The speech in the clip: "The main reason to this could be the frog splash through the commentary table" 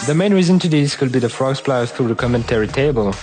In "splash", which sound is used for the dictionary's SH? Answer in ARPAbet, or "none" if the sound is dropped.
S